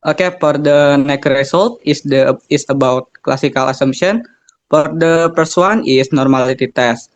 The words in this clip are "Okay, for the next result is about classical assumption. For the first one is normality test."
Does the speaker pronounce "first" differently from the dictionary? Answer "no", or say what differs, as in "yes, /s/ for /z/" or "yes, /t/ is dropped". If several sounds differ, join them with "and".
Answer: yes, /p/ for /f/